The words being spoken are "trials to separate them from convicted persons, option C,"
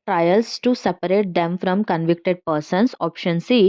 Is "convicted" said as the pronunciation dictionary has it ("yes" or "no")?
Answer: yes